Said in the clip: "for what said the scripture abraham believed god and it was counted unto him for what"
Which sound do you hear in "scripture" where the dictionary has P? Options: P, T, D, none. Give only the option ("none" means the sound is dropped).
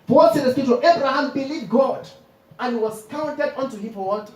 none